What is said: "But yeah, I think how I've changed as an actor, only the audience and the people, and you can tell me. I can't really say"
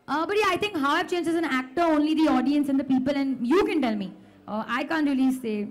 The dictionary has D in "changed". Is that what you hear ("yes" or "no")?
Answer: no